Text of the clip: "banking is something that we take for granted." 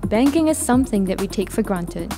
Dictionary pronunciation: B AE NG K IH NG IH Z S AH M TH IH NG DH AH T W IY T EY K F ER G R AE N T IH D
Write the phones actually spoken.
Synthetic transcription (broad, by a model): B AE NG K IH NG IH Z S AH M TH IH NG DH AH T W IY T EY K F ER G R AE N T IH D